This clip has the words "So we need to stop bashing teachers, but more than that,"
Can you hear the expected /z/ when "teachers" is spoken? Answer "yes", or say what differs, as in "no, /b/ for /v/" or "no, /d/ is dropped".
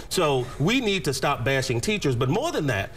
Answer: yes